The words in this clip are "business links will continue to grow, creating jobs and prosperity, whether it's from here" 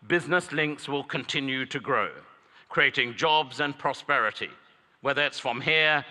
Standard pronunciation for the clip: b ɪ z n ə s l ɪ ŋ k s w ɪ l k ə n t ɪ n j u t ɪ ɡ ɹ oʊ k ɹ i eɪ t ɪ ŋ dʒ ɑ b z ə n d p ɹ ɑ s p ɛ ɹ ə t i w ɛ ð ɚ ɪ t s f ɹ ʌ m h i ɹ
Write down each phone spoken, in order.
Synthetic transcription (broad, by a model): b ɪ z n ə s l ɪ ŋ k s w ɪ l k ə n t ɪ n j u t ɪ ɡ ɹ oʊ k ɹ i eɪ t ɪ ŋ dʒ ɑ b z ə n p ɹ ɑ s p ɛ ɹ ə t i w ɛ ð ɚ ɪ t s f ɹ ʌ m h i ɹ